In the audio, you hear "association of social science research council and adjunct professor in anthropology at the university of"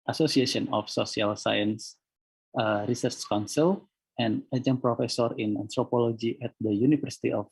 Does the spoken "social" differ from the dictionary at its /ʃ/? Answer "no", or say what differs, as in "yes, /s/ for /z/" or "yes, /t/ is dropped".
yes, /s/ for /ʃ/